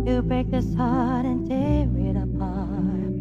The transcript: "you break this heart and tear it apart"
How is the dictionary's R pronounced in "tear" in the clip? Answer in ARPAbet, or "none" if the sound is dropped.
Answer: W